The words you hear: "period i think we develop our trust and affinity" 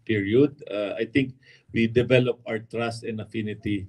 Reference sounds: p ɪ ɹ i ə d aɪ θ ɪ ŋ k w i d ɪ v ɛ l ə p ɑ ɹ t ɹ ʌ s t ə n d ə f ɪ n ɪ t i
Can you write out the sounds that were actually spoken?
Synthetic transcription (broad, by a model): p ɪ ɹ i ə d aɪ t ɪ ŋ k w i d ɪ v ɛ l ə p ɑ w t ɹ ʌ s t ə n d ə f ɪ n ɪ t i